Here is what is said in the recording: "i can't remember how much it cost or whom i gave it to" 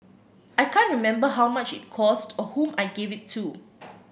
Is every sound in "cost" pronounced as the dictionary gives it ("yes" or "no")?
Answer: yes